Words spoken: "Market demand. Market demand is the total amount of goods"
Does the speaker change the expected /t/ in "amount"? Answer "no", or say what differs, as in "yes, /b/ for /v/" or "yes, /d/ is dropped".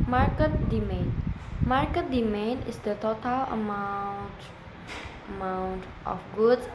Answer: no